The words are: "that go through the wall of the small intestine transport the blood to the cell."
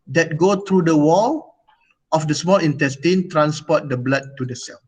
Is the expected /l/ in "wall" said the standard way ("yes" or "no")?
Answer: yes